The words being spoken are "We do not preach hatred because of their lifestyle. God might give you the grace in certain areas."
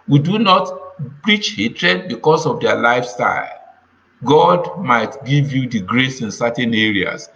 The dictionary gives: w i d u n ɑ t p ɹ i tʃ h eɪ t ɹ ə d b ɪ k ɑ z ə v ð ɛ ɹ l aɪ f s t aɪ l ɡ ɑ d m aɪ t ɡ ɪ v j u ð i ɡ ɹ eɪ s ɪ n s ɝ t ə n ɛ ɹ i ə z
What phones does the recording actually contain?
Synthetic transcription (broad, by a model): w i d u n ɑ t p ɹ i tʃ h eɪ t ɹ ə d b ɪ k ɑ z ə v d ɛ l aɪ f s t aɪ l ɡ ɑ d m aɪ t ɡ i v j u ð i ɡ ɹ eɪ s ɪ n s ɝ t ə n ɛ ɹ i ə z